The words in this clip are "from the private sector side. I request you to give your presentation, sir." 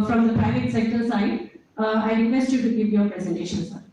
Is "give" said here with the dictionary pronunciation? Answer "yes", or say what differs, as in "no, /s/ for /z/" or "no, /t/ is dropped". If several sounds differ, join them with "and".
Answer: no, /p/ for /v/